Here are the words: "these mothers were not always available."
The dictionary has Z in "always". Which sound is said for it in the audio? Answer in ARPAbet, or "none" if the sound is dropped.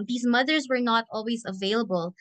Z